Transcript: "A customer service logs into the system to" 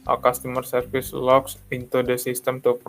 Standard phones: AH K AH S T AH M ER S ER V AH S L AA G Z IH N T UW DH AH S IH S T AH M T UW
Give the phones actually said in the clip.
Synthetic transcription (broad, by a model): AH K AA S T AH M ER S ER F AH S L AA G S IH N T UW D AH S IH S T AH M T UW